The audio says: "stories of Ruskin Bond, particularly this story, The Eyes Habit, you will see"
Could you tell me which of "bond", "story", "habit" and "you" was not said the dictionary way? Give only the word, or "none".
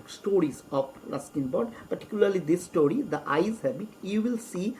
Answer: bond